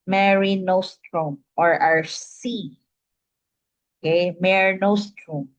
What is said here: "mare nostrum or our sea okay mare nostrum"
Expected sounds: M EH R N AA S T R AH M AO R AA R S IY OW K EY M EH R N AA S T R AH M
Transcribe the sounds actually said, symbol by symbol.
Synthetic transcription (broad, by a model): M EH R N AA S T R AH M AO R AA R S IY OW K EY M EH R N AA S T R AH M